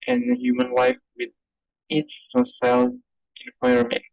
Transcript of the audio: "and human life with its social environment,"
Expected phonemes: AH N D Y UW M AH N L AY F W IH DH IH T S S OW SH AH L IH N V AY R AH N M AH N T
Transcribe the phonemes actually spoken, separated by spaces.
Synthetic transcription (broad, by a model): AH N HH Y UW M AH N L AY F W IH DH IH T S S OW S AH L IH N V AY R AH M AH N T